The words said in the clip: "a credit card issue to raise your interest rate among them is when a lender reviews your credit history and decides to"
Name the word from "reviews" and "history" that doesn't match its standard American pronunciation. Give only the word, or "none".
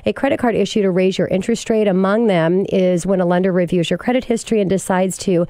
none